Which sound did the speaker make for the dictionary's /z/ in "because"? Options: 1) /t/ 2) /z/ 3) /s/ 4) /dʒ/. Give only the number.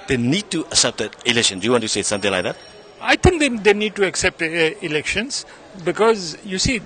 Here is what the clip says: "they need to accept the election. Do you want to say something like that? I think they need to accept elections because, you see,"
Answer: 2